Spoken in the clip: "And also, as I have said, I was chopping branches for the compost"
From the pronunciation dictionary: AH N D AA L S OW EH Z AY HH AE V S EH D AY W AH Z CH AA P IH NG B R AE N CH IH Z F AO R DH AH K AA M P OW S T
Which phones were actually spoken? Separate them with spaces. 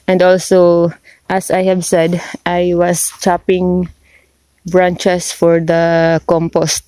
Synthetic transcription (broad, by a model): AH N D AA L S OW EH S AY HH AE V S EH D AY W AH S CH AA P IH NG B R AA N CH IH S F AO R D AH K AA M P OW S T